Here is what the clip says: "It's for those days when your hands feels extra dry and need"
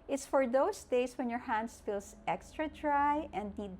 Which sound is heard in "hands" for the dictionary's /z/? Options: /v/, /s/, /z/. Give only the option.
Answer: /s/